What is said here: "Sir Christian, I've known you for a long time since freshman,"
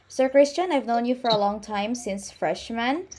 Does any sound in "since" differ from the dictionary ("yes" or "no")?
no